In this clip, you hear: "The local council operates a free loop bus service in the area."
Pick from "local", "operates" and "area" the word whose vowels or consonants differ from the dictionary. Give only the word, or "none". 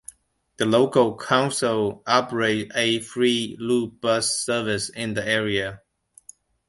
operates